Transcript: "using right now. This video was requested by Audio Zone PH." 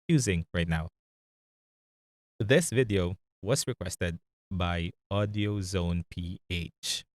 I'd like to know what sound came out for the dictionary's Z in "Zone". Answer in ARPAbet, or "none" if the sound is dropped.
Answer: Z